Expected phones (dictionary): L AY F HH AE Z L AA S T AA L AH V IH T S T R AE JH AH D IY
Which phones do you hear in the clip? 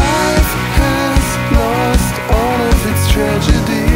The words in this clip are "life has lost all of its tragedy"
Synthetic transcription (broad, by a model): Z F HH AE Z L AA S T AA N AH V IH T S T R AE JH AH D IY